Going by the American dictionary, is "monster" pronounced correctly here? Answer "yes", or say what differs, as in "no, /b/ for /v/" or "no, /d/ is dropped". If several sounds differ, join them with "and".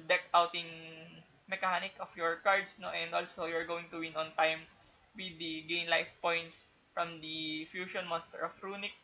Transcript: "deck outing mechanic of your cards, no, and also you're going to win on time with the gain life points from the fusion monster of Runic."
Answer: yes